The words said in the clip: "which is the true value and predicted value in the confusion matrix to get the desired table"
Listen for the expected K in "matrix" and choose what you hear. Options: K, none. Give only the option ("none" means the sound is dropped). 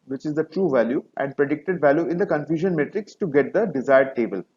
K